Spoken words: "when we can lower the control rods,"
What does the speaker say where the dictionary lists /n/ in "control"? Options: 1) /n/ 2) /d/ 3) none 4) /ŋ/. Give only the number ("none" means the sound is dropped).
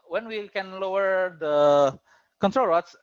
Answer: 1